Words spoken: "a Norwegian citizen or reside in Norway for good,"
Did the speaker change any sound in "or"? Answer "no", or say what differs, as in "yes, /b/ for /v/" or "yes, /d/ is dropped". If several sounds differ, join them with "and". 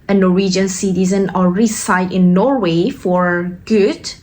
yes, /l/ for /ɹ/